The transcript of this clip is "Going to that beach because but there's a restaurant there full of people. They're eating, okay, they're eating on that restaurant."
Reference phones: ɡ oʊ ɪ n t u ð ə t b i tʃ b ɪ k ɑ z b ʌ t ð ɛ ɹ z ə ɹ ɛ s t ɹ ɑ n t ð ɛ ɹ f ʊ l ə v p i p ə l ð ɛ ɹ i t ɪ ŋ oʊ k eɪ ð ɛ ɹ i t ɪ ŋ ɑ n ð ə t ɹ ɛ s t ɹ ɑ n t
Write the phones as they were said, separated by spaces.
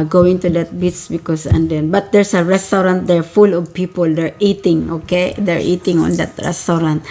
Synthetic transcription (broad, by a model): ɡ oʊ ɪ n t u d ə t b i s b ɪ k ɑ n b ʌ t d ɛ ɹ s ə ɹ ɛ s t ɹ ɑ n t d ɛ ɹ f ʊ l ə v p i p ə l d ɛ ɹ i t ɪ ŋ oʊ k eɪ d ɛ ɹ i t ɪ ŋ ɑ n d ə t ɹ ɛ s t ɹ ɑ n t